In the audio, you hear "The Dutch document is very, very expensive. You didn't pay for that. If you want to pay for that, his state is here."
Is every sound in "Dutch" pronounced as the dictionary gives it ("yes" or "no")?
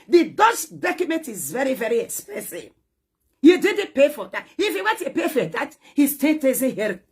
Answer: no